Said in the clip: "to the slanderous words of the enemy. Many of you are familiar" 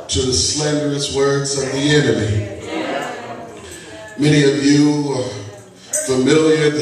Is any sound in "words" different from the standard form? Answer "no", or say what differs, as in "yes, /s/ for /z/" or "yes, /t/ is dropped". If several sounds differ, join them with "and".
no